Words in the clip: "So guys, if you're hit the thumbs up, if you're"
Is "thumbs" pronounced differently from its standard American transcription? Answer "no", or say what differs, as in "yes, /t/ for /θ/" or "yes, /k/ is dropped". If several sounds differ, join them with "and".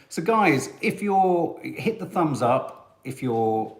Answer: no